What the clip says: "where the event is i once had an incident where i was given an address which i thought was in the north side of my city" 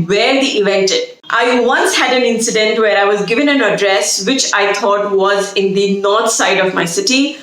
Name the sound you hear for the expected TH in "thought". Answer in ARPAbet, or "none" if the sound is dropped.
T